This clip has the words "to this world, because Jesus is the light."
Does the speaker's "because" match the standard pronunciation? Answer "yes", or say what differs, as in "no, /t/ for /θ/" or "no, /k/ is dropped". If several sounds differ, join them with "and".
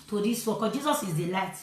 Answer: no, /z/ is dropped